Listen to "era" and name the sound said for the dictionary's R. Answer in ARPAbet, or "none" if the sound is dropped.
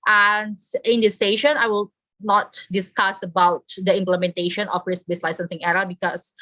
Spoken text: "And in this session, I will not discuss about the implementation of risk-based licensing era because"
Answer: R